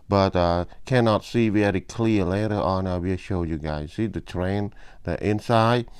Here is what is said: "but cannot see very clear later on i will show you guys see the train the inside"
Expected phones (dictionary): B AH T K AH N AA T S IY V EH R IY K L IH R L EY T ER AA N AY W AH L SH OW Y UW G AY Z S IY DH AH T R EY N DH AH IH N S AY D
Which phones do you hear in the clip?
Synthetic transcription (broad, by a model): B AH T K AH N AA T S IY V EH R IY K L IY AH L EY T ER AA N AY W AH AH SH OW Y UW G AY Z S IY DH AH T R EY N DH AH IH N S AY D